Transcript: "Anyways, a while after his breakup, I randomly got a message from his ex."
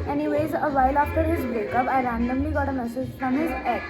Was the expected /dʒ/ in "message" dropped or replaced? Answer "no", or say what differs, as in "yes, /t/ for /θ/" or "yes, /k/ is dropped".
yes, /z/ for /dʒ/